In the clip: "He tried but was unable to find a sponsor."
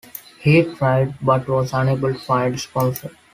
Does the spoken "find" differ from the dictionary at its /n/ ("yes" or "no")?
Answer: yes